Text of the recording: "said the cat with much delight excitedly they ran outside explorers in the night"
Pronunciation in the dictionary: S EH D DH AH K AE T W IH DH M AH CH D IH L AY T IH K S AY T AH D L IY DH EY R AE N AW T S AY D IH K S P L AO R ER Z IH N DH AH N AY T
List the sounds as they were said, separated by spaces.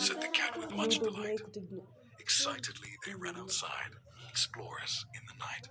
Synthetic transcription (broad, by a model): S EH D DH AH K AE T W IH DH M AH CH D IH N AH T IH K S AY T AH D L IY DH EY R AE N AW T S AY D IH K S P L AO R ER S IH N DH AH N AY T